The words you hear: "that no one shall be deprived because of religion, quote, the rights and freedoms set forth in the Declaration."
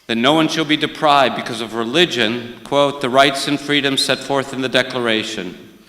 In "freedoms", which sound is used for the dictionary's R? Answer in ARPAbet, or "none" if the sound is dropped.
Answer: R